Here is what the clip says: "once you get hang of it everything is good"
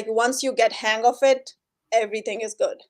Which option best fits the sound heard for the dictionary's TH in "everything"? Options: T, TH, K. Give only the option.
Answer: T